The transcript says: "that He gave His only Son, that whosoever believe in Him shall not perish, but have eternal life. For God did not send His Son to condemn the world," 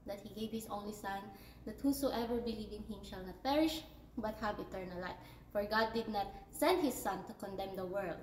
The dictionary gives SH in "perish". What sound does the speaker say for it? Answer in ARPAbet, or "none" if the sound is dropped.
SH